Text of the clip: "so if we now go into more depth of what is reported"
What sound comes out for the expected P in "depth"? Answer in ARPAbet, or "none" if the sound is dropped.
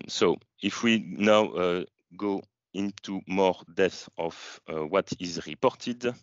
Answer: none